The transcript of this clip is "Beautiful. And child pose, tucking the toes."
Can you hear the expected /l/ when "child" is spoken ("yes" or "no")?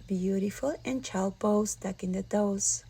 yes